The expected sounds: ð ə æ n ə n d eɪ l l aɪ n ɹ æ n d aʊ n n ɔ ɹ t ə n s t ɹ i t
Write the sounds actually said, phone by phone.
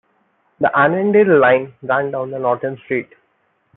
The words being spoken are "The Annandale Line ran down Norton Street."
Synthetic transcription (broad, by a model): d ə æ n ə n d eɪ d l aɪ n ɹ æ n d aʊ n n ɔ ɹ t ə n s t ɹ i t